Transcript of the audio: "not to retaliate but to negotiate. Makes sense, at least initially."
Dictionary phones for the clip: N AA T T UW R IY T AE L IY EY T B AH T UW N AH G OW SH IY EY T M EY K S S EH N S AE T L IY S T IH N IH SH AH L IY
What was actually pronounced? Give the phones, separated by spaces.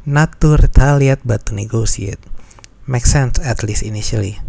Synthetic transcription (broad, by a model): N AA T T UW R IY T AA L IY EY T B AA T UW N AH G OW S IY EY T M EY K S S EH N S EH T L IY S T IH N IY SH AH L IY